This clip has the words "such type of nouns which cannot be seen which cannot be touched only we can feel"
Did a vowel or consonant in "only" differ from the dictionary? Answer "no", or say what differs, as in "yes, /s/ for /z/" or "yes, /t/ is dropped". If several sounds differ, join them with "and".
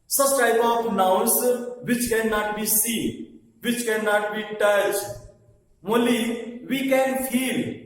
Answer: yes, /n/ is dropped